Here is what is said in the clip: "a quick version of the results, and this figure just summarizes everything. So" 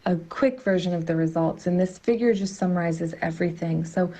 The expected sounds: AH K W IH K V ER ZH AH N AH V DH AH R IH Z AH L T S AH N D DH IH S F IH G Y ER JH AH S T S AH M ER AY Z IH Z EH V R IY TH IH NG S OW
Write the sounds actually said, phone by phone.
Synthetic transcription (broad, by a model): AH K W IH K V ER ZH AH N AH V DH AH R IH Z AH L T S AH N DH IH S F IH G Y ER JH AH S T S AH M ER AY Z IH Z EH V R IY TH IH NG S OW